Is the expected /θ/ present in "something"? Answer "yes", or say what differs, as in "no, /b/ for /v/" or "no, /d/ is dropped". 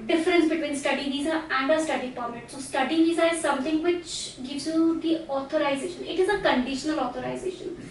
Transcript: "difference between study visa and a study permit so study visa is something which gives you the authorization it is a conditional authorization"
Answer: no, /t/ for /θ/